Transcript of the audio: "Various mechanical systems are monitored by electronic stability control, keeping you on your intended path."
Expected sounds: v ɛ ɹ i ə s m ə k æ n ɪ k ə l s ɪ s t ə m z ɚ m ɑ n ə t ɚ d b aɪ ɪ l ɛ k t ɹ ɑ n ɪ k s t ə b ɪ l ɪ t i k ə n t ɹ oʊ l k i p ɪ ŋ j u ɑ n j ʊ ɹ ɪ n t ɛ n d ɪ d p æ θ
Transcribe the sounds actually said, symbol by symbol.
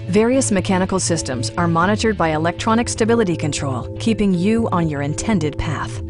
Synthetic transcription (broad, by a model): v ɛ ɹ i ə s m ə k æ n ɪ k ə l s ɪ s t ə m z ɚ m ɑ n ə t ɚ d b aɪ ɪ l ɛ k t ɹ ɑ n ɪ k s t ə b ɪ l ɪ t i k ə n t ɹ oʊ l k i p ɪ ŋ j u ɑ n j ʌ ɹ ɪ n t ɛ n d ɪ d p æ θ